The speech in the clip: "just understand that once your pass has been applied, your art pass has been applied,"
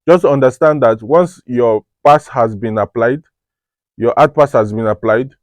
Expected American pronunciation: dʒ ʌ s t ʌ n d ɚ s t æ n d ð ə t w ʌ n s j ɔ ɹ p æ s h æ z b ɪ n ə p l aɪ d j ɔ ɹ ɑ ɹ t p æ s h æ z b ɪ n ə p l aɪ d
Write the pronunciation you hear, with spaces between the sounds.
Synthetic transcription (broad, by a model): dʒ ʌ s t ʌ n d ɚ s t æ n d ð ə t w ʌ n s j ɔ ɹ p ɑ s h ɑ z b ɪ n ə p l aɪ d j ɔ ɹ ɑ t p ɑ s h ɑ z b ɪ n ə p l aɪ d